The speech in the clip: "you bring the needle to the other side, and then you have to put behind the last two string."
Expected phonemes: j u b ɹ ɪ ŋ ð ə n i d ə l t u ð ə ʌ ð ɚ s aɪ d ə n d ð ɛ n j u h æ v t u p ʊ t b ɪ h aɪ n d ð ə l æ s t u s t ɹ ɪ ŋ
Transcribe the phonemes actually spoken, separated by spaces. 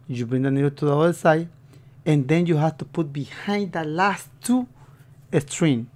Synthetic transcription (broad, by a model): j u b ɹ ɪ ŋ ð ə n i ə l t u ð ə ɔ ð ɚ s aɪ ə n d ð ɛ n j u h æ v t u p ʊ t b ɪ h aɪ n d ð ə l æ s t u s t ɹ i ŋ